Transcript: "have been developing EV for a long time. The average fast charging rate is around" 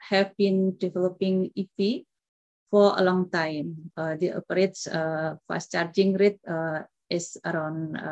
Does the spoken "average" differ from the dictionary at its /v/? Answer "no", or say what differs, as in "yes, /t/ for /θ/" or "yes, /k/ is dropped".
yes, /p/ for /v/